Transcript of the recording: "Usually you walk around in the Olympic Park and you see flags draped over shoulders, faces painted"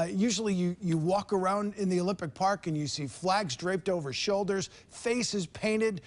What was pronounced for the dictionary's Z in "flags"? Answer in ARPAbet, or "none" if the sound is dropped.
Z